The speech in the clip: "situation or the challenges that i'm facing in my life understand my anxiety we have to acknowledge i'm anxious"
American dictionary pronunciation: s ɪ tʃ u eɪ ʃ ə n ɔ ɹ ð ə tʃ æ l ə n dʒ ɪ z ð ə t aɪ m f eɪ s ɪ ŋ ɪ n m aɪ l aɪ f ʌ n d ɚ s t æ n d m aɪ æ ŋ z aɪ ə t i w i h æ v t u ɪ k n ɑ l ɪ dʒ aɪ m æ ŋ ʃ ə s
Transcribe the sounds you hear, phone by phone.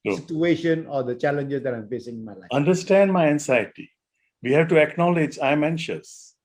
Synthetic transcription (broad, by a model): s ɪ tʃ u eɪ ʃ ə n ɔ ɹ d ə tʃ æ l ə n dʒ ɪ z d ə t aɪ m f eɪ s ɪ ŋ ɪ n m aɪ l aɪ ʌ n d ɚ s t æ n d m aɪ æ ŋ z aɪ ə t i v i h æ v t u ɪ k n ɑ l ɪ dʒ aɪ m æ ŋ ʃ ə s